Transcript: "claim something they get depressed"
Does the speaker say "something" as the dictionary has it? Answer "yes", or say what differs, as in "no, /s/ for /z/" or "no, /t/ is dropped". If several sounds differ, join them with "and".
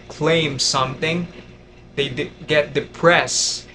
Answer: yes